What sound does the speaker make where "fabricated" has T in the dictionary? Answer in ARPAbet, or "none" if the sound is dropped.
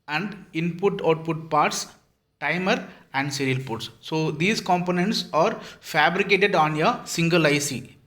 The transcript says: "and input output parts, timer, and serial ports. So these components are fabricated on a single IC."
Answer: T